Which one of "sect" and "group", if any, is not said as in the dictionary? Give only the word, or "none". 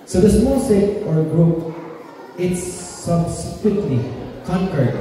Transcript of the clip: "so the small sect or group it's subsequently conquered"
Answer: sect